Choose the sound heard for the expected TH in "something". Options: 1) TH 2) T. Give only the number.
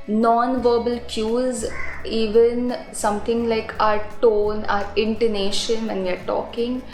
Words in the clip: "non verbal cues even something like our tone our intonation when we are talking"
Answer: 2